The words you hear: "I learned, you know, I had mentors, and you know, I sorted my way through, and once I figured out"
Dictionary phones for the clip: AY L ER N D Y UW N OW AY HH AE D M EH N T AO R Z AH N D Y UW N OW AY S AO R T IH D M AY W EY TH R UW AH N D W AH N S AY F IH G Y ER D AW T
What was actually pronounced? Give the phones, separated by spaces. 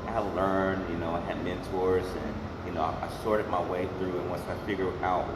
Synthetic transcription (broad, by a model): AY L ER N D Y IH N OW AY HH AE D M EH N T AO R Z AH N Y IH N OW AY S AO R T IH D M AY W EY TH R UW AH N W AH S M AY F IH G Y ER AW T